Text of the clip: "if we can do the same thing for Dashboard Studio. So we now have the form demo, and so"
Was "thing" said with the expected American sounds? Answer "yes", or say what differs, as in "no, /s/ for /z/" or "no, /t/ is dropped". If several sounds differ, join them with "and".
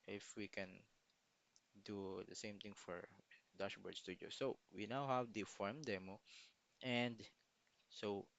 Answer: no, /t/ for /θ/